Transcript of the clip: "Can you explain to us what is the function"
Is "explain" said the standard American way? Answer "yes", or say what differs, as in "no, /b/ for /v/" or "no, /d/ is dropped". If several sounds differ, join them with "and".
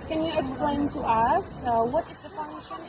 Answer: yes